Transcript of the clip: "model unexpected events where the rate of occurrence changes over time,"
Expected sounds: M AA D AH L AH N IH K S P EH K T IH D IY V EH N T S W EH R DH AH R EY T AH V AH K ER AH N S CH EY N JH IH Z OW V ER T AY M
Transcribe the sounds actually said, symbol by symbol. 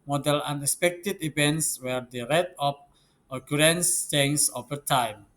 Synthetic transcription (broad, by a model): M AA D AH L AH N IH K S P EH K T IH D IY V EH N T S W EH R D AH R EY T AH P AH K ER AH N S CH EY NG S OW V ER T AY M